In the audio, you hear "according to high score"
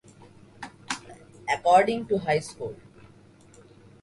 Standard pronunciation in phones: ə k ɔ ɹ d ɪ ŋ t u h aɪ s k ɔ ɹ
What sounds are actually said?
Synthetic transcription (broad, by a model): ə k ɔ ɹ d ɪ ŋ t u h aɪ s k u l